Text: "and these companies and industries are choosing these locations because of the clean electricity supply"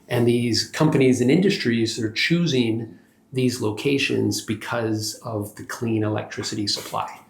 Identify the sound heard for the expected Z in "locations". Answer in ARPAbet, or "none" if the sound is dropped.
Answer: Z